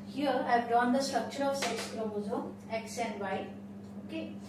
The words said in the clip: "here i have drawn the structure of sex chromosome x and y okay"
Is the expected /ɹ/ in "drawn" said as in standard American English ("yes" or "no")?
no